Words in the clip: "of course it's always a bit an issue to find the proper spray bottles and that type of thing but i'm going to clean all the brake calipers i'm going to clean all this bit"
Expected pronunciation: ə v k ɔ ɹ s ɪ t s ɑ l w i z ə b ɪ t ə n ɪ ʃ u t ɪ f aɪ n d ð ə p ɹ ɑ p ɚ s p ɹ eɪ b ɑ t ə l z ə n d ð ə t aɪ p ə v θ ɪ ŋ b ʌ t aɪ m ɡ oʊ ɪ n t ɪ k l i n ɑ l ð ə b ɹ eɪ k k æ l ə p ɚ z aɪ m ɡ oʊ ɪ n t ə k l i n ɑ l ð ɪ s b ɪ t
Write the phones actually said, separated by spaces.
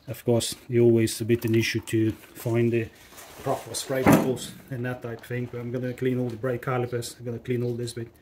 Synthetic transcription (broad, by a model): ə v k ɔ ɹ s s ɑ l w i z ə b ɪ t ə n ɪ ʃ u t ɪ f aɪ n ð ə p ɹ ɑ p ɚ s f ɹ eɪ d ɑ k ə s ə n ð ə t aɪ ə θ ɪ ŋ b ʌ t aɪ m ɡ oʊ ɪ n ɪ k l i n ɑ l ð ə b ɹ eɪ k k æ l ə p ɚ s aɪ m ɡ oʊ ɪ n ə k l i n ɑ l ð ɪ s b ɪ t